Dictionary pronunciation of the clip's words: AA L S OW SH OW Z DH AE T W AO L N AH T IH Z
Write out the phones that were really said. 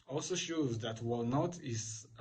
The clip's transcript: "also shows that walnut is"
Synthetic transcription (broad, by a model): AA L S OW SH OW Z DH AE T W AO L N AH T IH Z